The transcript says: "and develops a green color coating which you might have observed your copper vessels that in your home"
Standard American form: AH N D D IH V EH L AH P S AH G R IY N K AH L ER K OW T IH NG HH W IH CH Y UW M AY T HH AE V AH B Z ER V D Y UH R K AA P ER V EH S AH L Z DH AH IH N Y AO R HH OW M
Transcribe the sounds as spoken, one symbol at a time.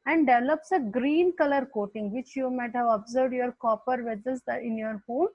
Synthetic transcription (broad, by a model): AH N D D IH V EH L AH P S AH G R IY N K AH L ER K OW T IH NG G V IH CH Y UW M AY T HH AE V AH B Z ER V D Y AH R K AA P ER V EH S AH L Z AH IH N Y AO R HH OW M